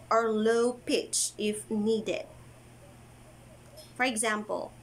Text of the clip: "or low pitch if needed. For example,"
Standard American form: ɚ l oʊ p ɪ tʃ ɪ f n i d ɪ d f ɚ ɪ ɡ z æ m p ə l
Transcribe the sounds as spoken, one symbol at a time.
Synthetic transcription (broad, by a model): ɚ l oʊ p ɪ tʃ ɪ f n i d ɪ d f ɚ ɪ ɡ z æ m p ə l